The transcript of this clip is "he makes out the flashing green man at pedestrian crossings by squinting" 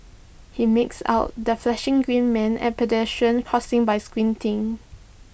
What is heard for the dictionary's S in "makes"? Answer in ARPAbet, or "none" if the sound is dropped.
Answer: S